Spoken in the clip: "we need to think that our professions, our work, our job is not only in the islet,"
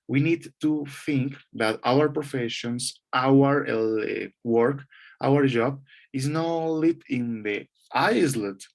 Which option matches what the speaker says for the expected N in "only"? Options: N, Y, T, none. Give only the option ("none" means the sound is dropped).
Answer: none